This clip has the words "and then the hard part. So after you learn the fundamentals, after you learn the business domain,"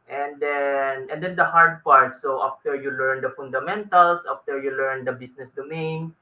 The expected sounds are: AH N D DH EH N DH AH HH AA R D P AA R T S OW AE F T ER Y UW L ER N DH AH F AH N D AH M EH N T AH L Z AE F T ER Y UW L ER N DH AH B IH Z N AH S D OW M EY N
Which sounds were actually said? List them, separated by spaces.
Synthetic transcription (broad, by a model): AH N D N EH N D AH HH AA R D P AA R T S OW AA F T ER Y UW L ER N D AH F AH N D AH M EH N T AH L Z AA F T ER Y UW L ER N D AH B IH S N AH S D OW M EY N